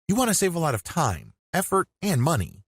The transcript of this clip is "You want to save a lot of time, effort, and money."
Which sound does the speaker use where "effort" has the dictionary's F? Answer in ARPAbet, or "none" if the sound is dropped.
F